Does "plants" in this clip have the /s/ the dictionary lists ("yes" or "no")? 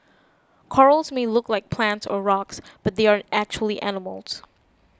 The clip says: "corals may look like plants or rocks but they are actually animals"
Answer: yes